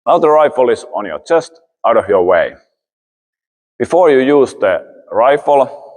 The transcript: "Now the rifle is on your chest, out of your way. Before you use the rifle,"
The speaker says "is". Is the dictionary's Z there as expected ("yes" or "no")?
no